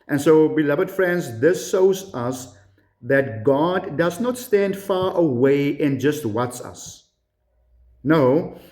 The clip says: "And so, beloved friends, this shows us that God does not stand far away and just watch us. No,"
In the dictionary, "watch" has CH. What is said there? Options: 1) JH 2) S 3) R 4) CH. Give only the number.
2